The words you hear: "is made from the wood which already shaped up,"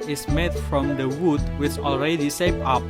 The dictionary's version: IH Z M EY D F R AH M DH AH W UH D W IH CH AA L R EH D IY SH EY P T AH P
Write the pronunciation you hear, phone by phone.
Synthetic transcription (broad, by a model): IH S M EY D F R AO M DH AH W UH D W IH CH AA L R EH D IY S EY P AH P